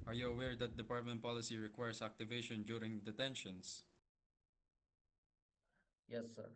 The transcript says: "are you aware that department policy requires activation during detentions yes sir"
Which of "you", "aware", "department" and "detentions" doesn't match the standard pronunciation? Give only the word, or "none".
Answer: detentions